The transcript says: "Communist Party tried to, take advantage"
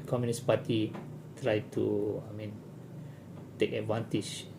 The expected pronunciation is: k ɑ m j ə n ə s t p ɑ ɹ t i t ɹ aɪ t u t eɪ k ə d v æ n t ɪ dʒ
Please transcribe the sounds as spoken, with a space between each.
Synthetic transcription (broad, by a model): k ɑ m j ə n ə s p ɑ t i t ɹ aɪ t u t eɪ k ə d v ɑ n t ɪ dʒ